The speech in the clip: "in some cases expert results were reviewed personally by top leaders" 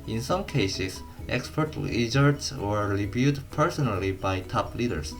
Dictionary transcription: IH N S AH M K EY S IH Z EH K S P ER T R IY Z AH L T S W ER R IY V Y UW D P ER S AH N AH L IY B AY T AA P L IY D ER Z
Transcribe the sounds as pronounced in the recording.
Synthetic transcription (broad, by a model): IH N S AH M K EY S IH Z EH K S P ER T L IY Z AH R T S W ER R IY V Y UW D P ER S AH N AH L IY B AY T AA P L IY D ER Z